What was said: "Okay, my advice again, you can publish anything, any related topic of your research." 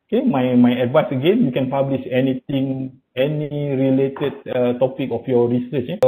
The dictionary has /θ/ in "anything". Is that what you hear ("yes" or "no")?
no